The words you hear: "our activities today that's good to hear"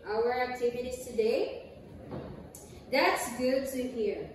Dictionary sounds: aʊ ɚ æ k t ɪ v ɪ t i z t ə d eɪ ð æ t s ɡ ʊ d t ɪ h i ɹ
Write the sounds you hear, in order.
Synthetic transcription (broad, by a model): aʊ ɚ æ k t ɪ v ɪ t i z t ə d eɪ ð æ t s ɡ ʊ d t ɪ h i ɹ